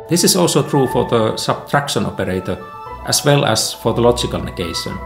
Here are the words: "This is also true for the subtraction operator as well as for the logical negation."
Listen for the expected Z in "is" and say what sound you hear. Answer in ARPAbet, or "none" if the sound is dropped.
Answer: S